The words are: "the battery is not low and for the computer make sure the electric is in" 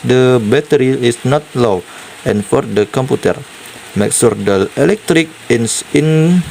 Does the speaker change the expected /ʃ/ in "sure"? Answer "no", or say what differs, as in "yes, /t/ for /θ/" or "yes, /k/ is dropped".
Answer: yes, /s/ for /ʃ/